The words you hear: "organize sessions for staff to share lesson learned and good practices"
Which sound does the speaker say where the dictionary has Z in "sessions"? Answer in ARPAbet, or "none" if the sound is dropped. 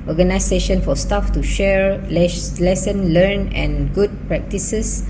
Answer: none